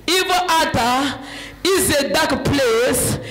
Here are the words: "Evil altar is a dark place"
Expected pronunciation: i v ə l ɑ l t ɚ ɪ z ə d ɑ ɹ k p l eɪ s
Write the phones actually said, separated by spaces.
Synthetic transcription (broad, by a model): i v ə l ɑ t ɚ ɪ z ə d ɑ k p l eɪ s